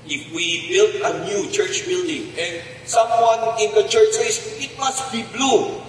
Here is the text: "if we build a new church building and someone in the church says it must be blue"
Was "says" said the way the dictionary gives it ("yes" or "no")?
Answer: no